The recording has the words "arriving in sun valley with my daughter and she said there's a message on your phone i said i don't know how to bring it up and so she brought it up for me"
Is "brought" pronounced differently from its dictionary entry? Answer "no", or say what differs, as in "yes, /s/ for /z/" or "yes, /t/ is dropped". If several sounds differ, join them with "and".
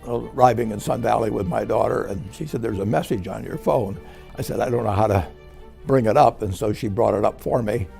no